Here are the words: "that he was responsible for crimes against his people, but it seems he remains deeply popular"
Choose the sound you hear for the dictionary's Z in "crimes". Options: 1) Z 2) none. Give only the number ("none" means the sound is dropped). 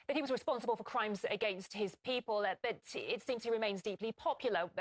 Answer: 1